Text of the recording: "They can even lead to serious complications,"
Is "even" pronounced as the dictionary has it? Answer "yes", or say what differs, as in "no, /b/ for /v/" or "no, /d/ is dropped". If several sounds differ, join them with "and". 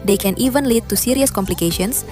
yes